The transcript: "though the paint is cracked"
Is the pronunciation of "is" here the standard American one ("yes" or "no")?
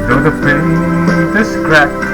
no